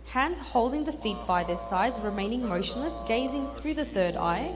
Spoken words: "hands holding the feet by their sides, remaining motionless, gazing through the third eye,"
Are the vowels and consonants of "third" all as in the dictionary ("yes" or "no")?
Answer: yes